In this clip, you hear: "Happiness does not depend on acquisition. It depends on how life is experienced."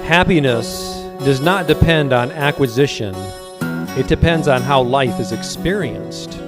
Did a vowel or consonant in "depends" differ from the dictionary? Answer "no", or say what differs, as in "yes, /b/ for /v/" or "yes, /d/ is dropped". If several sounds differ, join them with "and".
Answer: no